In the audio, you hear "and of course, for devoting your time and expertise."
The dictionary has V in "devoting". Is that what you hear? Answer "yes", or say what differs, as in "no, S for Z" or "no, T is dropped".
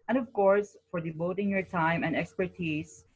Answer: no, B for V